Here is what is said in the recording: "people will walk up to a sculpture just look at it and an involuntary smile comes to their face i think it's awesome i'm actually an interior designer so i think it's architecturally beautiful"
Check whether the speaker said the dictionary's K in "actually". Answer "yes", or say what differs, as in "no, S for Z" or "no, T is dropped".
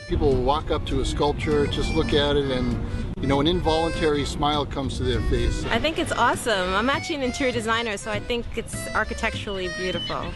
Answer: no, K is dropped